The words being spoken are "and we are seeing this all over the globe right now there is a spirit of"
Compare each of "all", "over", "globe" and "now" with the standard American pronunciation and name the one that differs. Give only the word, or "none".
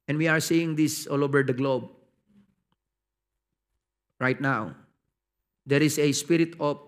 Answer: none